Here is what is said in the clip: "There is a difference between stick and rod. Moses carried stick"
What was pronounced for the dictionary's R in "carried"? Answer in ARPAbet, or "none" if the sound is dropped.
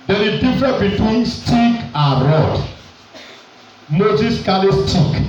L